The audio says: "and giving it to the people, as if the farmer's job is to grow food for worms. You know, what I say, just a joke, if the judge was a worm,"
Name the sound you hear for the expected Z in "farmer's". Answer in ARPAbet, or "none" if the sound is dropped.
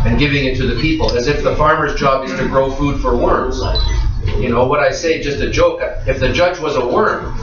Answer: Z